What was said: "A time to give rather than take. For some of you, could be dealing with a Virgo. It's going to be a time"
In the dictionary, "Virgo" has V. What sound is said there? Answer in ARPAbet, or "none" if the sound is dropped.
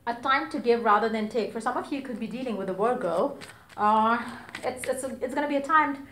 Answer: W